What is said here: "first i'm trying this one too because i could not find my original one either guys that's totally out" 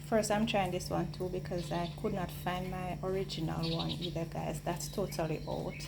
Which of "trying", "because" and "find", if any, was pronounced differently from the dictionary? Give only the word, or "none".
none